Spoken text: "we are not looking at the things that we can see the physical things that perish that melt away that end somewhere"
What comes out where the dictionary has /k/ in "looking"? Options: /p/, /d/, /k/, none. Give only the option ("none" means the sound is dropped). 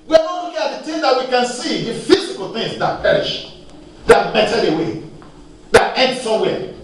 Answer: none